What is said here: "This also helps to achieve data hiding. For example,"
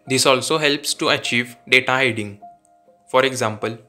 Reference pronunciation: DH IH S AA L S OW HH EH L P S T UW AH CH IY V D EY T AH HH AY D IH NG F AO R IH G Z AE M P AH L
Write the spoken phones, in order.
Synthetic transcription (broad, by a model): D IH S AA L S OW HH EH L P S T UW AH CH IY V D EY T AH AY D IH NG F AO R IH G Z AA M P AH L